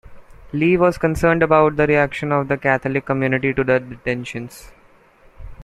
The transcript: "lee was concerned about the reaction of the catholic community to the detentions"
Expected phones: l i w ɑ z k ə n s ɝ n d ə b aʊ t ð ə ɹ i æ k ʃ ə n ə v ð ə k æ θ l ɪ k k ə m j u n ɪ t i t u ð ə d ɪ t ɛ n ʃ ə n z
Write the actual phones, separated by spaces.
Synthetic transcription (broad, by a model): l i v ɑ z k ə n s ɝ n d ə b aʊ t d ə ɹ i æ k ʃ ə n ə v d ə k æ t l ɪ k k ə m j u n ɪ t i t u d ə d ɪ t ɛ n ʃ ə n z